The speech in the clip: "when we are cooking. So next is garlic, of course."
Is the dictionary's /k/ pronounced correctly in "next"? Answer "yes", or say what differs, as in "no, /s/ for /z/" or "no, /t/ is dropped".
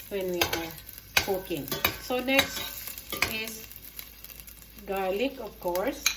yes